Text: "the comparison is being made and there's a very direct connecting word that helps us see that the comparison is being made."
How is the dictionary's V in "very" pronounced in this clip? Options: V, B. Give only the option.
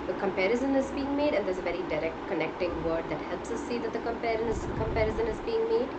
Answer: V